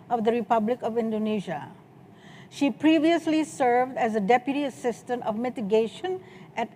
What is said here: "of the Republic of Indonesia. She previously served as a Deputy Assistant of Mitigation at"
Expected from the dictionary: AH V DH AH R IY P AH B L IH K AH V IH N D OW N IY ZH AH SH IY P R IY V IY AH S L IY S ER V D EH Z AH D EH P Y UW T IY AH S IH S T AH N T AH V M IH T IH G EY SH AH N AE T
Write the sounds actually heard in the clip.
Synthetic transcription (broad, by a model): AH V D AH R IY P AH B L IH K AH V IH N D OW N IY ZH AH SH IY P R IY V IY AH S L IY S ER V D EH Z AH D EH P Y UW T IY AH S IH S T AH N T AH V M IH T IH G EY SH AH N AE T